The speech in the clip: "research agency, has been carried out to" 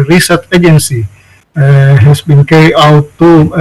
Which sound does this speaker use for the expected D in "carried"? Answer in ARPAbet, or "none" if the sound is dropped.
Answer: none